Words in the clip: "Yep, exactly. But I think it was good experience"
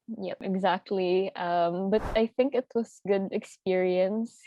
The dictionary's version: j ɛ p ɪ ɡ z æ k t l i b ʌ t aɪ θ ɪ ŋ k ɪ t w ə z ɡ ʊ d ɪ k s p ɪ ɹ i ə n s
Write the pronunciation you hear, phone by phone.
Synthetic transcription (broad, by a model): j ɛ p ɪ ɡ z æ k t l i b ʌ t aɪ θ ɪ ŋ k ɪ t w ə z ɡ ʊ d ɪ k s p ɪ ɹ i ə n s